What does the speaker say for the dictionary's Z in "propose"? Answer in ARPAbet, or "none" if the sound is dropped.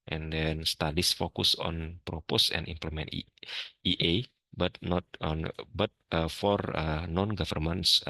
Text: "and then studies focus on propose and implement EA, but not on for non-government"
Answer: S